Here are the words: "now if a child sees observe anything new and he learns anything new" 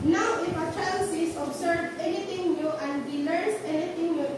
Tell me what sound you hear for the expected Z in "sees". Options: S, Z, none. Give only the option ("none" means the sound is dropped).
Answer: S